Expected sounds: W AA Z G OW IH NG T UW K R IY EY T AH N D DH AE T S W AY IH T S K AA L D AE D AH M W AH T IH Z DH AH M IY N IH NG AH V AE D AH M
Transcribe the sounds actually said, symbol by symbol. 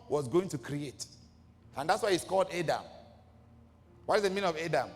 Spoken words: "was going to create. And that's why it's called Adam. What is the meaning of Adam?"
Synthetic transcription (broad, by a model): W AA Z G OW IH NG T UW K R IY EY T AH N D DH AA T S W AY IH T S K AA L D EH D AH M W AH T IH Z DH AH M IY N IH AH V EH D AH M